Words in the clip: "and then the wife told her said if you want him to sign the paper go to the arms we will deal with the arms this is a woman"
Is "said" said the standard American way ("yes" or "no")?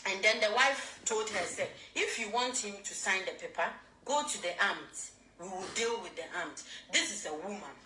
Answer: no